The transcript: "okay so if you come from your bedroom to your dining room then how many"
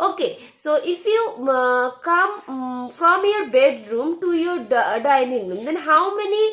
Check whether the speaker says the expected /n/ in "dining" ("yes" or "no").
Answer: yes